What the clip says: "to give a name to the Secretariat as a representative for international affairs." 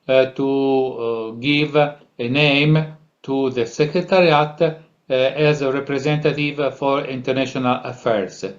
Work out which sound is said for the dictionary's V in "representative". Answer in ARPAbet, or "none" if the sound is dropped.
V